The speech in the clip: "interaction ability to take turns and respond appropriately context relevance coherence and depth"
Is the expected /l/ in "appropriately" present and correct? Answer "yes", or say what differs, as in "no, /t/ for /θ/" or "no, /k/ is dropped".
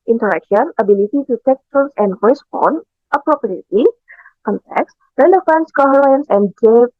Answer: no, /l/ is dropped